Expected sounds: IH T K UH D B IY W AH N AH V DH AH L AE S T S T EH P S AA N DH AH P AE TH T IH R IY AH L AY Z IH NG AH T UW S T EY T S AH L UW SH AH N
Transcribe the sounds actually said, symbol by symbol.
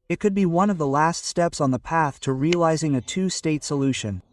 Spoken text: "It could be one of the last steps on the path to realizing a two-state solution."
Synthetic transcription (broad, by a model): IH T K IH D B IY W AH N AH V DH AH L AE S T S T EH P S N DH AH P AE TH T IH R IY AH L AY Z IH NG AH T UW S T EY T S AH L UW SH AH N